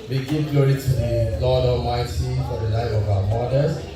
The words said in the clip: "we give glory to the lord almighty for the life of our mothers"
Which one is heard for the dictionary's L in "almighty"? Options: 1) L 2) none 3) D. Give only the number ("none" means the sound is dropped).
2